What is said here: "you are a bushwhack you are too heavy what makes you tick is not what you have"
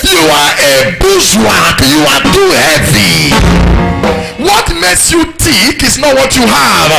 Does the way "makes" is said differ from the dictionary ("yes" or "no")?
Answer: yes